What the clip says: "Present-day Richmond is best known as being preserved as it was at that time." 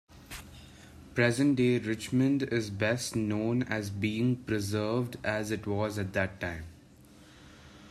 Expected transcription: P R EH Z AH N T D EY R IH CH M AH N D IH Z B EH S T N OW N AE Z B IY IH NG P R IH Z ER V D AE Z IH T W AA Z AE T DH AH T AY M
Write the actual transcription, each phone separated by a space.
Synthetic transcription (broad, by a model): P R EH Z AH N T D EY R IH CH M AH N D IH Z B EH S T N OW N AE Z B IY IH NG P R IH Z ER V D AE Z IH T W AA Z AE T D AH T AY M